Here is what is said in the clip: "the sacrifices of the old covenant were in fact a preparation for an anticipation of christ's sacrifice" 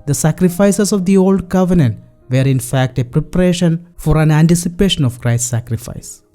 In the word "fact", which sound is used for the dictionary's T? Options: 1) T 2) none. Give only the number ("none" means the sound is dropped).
1